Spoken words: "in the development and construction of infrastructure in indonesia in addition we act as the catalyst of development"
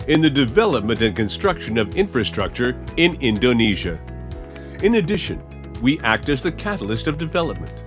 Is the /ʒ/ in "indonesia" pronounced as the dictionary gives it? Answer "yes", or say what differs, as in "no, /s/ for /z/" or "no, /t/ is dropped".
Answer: yes